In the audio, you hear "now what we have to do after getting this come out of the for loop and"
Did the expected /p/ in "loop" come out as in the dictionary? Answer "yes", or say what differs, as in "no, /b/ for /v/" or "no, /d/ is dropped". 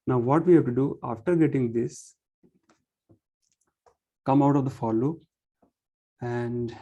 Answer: no, /p/ is dropped